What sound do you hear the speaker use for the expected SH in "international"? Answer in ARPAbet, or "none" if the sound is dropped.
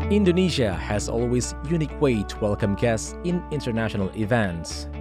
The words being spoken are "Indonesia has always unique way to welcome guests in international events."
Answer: SH